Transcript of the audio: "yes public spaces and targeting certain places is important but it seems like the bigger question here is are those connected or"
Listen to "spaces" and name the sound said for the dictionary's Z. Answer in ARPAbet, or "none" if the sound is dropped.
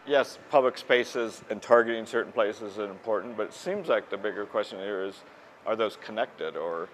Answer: Z